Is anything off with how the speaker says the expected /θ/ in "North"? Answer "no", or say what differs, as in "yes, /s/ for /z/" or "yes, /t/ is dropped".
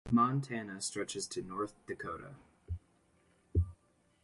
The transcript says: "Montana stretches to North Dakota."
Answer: no